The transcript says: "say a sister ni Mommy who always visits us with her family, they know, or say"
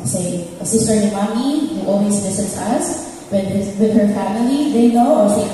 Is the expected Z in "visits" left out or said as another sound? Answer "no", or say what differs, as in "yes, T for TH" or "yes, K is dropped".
yes, S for Z